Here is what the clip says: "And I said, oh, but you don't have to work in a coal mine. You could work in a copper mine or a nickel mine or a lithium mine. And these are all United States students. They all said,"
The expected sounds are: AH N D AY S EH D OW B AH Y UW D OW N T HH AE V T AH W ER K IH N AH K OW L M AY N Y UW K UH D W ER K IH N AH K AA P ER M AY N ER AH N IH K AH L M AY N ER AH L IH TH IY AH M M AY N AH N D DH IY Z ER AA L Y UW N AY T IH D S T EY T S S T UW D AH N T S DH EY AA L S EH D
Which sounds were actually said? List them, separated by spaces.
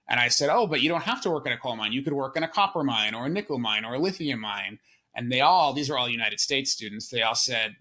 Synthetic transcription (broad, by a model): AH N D AY S EH D OW B AH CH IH D OW N T HH AE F T AH W ER K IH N AH K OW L M AY N Y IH K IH D W ER K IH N AH K AA P ER M AY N ER AH N IH K AH L M AY N ER AH L IH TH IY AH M M AY N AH N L DH IY Z ER AA L Y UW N AY T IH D S T EY T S S T UW D N T S DH EY AA L S EH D